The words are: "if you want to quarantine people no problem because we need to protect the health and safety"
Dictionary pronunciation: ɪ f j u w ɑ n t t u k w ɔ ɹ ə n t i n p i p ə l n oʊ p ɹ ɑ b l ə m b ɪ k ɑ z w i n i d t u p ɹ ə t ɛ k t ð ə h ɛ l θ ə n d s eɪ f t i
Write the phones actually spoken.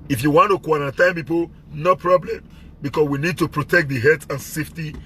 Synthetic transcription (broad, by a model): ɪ f j u w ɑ n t t u k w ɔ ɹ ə n t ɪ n p i p ə l n oʊ p ɹ ɑ b l ə m b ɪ k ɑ s w i n i d t u p ɹ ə t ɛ k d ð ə h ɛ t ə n s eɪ f t i